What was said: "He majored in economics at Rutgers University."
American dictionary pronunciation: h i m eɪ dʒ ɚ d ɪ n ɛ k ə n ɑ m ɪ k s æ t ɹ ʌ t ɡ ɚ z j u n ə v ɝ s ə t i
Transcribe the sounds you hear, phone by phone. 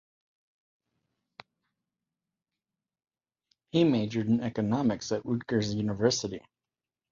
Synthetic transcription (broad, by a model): h i m eɪ dʒ ɚ d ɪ n ɛ k ə n ɑ m ɪ k s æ t w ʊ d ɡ ɚ z j u n ə v ɝ s ə t i